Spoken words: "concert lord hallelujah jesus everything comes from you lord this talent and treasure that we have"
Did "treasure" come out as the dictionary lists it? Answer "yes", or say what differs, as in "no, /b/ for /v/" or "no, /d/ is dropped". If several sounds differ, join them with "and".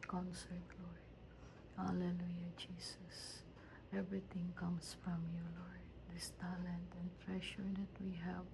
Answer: no, /ʃ/ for /ʒ/